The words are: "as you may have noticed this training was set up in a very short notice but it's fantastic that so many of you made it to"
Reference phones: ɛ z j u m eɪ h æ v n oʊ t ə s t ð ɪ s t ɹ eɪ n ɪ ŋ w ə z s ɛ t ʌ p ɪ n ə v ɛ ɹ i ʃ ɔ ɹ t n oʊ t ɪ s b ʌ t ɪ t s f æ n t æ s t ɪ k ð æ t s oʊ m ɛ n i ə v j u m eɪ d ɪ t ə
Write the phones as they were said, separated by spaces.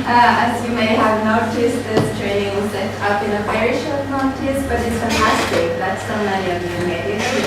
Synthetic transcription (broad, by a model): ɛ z j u m eɪ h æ v n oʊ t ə s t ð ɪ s t ɹ eɪ n ɪ ŋ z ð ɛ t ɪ b ɪ n ə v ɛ ɹ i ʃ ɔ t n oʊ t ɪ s b ʌ t ɪ t s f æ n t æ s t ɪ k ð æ t s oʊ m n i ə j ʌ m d ɪ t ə